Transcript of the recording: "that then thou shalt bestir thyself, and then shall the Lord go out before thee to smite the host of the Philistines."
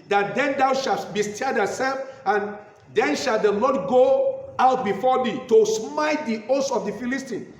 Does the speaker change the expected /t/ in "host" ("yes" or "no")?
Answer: yes